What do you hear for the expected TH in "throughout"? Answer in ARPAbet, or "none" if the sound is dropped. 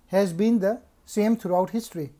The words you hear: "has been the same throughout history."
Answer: T